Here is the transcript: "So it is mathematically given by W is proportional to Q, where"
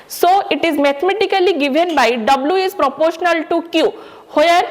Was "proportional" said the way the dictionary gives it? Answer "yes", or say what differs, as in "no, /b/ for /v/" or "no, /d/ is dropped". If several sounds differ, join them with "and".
yes